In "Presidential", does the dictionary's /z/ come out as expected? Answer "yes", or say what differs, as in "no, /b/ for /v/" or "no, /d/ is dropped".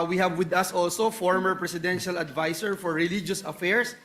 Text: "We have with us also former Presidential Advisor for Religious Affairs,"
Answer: no, /s/ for /z/